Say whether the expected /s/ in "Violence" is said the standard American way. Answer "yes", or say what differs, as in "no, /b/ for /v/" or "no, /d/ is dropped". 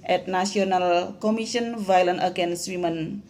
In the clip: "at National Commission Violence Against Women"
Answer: no, /s/ is dropped